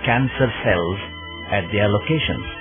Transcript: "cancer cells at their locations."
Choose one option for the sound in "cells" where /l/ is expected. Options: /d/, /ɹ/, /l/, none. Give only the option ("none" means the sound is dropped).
/l/